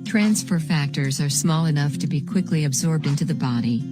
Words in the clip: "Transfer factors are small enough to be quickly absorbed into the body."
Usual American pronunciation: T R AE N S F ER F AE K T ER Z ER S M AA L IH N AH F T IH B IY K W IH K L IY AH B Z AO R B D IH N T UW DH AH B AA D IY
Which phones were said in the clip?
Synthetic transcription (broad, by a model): T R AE N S F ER F AE K T ER Z ER S M AA L IH N AH F T IH B IY K W IH K L IY AH B Z AO R B D IH N T UW DH AH B AA D IY